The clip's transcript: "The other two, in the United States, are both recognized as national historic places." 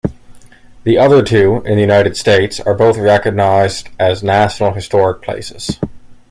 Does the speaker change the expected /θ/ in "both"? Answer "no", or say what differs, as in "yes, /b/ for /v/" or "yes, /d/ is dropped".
no